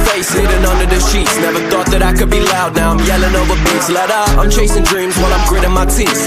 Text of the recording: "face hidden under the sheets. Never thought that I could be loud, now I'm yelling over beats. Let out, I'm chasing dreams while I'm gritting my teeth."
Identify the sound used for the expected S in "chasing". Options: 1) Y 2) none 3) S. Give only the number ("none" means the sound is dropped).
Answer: 3